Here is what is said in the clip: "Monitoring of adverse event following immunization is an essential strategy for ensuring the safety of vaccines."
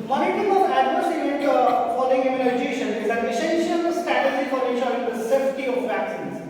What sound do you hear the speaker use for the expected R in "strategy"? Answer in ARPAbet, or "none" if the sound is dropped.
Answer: none